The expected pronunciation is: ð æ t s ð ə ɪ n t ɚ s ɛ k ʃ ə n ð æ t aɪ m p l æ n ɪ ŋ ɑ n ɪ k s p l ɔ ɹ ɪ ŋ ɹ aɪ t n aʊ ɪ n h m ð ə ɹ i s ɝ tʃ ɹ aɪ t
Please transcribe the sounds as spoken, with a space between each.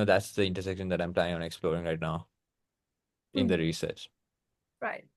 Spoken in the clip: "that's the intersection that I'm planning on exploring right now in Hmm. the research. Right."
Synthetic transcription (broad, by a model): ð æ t s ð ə ɪ n t ɚ s ɛ k ʃ ə n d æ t aɪ m p l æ ɪ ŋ ɑ n ɪ k s p l ɔ ɹ ɪ ŋ ɹ aɪ t n aʊ ɪ n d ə ɹ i s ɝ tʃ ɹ aɪ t